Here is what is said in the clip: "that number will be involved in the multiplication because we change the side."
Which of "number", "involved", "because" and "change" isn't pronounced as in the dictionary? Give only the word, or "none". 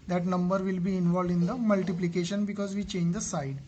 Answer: none